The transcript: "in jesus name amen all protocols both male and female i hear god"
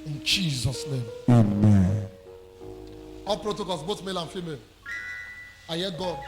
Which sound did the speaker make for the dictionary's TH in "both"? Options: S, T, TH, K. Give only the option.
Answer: T